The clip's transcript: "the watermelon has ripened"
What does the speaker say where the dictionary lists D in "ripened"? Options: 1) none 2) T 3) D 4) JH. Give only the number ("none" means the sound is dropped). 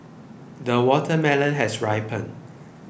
1